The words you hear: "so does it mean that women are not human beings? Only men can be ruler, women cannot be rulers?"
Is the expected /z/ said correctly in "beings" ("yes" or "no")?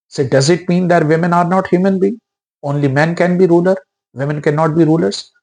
no